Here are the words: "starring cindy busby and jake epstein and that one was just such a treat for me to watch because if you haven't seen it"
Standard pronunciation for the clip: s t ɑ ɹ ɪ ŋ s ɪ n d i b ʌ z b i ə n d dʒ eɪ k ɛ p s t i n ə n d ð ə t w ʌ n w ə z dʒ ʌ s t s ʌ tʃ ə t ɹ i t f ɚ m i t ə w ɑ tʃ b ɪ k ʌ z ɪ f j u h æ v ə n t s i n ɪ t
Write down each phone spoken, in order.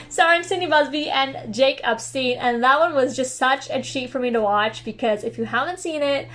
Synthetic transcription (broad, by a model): s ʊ ɑ ɪ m s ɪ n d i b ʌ z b i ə n dʒ eɪ k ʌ p s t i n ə n ð ə t w ʌ n w ə z dʒ ʌ s t s ʌ tʃ ə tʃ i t f ɚ m i t ə w ɑ tʃ b ɪ k ʌ z ɪ f j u h æ v ə n t s i n ɪ t